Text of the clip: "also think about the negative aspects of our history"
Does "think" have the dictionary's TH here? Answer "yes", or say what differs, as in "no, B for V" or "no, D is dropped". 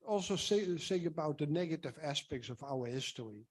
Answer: no, S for TH